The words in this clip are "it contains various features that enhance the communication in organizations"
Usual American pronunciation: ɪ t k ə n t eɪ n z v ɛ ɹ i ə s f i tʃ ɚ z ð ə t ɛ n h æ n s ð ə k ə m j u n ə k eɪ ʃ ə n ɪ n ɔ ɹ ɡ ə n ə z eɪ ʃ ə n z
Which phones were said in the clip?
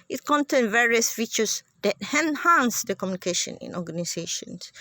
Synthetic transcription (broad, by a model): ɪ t k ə n t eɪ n v ɛ ɹ i ə s f i tʃ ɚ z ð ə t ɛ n h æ n s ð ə k ə m j u n ə k eɪ ʃ ə n ɪ n ɔ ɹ ɡ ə n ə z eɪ ʃ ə n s